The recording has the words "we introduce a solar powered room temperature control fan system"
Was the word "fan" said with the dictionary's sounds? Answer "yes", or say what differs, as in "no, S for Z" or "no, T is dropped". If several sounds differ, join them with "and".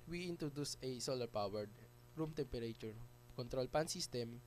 no, P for F